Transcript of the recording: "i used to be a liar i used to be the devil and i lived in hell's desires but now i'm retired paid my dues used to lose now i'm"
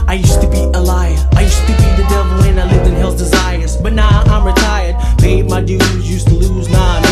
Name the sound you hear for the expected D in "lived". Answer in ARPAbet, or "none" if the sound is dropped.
none